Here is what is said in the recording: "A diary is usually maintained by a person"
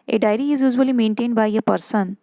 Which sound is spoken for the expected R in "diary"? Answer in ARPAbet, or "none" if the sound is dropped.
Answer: R